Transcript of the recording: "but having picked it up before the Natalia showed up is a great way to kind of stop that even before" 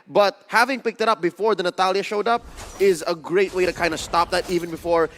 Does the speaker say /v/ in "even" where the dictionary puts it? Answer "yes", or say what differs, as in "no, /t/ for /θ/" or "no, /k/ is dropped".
yes